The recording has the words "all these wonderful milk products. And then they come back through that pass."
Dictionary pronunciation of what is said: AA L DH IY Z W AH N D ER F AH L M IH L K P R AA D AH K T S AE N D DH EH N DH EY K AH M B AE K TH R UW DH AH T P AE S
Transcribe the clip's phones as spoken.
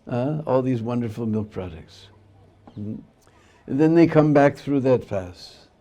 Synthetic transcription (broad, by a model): AA L DH IY Z W AH N D ER F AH L M IH L K P R AA D AH K T S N DH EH N DH EY K AH M B AE K TH R UW DH AH T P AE S